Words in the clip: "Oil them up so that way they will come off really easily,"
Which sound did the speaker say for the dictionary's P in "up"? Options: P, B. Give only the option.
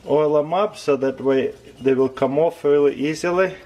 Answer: B